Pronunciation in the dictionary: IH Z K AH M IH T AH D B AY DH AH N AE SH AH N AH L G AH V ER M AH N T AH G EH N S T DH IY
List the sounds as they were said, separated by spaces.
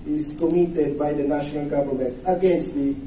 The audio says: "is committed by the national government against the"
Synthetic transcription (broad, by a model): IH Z K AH M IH T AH D B AY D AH N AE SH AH N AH L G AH B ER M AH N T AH G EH N S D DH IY